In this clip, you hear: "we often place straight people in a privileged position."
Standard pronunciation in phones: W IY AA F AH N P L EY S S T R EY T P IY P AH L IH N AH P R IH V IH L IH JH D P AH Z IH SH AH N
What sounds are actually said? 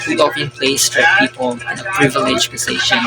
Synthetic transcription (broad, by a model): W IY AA P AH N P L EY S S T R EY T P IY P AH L IH N AH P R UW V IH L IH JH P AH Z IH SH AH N